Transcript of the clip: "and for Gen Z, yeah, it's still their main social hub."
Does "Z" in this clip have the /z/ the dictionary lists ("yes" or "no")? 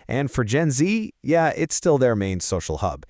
yes